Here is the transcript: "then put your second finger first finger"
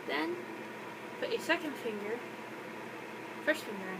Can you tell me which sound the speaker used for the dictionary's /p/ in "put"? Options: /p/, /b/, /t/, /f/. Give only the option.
/f/